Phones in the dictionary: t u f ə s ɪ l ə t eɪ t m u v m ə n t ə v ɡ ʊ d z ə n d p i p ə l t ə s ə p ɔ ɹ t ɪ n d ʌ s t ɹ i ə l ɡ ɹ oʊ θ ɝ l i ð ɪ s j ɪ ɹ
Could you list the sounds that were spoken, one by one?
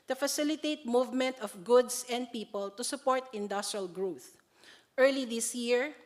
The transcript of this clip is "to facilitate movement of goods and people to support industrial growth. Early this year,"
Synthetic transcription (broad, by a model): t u f ə s ɪ l ə t eɪ t m u v m ə n t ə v ɡ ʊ d s ə n d p i p ə l t ə s ə p ɔ ɹ t ɪ n d ʌ s t ɹ i ə l ɡ ɹ oʊ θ ɝ l i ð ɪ s j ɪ ɹ